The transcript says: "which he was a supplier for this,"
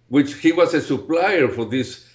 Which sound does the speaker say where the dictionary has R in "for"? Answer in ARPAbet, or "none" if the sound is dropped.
R